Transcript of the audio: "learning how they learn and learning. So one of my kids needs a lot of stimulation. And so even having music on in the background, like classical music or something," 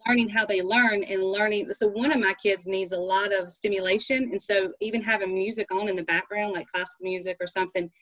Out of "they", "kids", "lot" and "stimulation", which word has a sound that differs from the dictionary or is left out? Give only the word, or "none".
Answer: none